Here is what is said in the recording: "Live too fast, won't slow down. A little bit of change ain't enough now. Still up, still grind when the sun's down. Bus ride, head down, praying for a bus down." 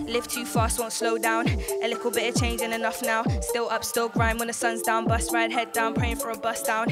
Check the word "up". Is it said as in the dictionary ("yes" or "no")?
yes